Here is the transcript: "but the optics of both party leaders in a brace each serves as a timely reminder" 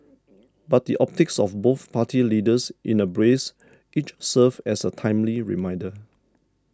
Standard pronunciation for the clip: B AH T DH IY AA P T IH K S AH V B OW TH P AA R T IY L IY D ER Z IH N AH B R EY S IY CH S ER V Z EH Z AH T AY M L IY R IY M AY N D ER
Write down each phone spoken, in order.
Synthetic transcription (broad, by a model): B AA T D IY AA P T IH K S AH F B OW TH P AA T IY L IY D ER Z IH N AH B R EY S IY CH S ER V EH S AH T AY M L IY R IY M AY N D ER